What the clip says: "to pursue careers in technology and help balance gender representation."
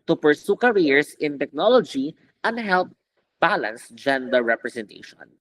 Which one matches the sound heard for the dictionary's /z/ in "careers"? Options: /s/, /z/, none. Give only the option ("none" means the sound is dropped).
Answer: /s/